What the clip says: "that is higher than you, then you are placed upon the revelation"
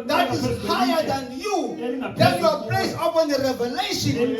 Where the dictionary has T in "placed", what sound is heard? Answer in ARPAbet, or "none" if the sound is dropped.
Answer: none